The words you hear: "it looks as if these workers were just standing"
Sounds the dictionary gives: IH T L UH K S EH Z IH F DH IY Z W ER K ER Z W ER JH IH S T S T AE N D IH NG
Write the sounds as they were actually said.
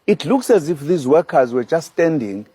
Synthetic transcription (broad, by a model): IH T L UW K S EH Z IH F DH IY Z W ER K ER Z W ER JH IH S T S T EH N D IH NG